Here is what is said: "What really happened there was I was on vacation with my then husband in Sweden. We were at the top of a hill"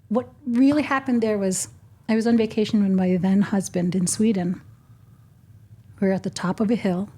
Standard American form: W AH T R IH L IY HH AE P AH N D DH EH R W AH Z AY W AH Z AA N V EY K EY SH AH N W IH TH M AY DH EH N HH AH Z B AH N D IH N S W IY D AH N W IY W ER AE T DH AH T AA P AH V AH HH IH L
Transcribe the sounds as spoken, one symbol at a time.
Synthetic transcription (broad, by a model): W AH T R IH L IY HH AE P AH N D DH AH R W AH Z AY W AH Z N V EY K EY SH N W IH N M AY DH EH N HH AH Z B AH N D IH N S W IY D N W W ER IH T DH AH T AA P AH V AH HH IH L